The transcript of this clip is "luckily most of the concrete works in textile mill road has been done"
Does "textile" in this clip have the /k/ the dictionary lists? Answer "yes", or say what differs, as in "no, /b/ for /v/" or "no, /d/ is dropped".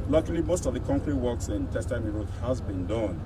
no, /k/ is dropped